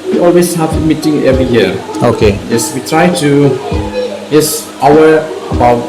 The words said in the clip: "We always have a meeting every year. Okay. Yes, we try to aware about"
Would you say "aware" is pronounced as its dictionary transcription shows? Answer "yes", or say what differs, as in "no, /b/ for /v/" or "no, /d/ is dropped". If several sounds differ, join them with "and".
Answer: no, /w/ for /ɹ/